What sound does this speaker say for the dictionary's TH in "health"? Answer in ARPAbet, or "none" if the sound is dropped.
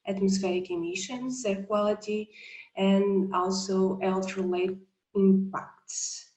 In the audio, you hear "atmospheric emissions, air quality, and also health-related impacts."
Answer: T